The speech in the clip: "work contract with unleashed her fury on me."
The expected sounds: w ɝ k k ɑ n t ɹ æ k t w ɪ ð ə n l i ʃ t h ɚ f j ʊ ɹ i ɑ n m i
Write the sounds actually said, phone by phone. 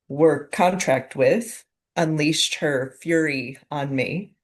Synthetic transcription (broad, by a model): w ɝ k k ɑ n t ɹ æ k t w ɪ ð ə n l i s t h ɚ f j ʊ ɹ i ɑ n m i